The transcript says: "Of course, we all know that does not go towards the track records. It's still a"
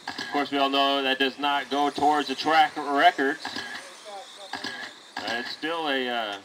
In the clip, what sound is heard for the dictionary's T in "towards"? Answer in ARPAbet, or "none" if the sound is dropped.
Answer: T